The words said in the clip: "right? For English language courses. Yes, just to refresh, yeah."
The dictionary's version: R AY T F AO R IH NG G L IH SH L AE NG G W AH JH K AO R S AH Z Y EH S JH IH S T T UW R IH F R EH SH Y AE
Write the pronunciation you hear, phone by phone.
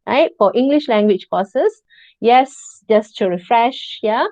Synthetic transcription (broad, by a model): R AY T F AO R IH NG G L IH SH L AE NG G W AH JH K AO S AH S Y EH S JH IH S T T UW R IH F R EH SH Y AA